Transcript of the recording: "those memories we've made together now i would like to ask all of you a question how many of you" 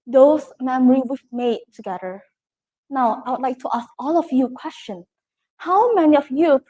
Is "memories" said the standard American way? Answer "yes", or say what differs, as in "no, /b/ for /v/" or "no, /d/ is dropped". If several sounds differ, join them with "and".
no, /z/ is dropped